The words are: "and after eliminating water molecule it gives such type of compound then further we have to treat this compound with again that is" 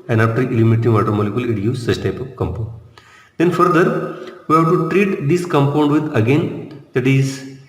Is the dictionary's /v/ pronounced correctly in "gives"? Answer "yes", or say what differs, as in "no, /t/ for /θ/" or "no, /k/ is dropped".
no, /v/ is dropped